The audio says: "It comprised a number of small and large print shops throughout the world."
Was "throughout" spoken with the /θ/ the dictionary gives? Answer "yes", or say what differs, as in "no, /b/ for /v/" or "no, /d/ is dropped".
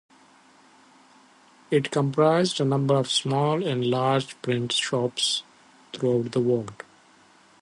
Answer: no, /t/ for /θ/